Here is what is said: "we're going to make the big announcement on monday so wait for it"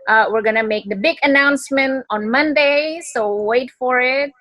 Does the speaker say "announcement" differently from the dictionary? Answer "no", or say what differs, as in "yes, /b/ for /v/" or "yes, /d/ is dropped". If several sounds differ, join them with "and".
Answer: no